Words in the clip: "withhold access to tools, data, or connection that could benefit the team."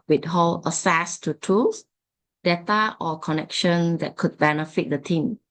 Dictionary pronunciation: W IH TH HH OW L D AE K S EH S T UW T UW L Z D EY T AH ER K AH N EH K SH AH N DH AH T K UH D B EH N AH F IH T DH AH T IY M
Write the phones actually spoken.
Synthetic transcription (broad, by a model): W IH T HH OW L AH S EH S T UW T UW L S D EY T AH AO K AH N EH K SH AH N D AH T K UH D B EH N AH F IH T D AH T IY M